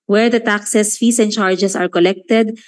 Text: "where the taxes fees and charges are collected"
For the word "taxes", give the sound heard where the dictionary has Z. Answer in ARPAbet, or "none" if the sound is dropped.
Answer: S